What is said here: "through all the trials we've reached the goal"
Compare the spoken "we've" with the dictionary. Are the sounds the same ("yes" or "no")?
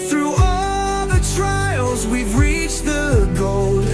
yes